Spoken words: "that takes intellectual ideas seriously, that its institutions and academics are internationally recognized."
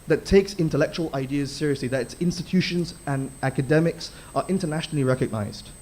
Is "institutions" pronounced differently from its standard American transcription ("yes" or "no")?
no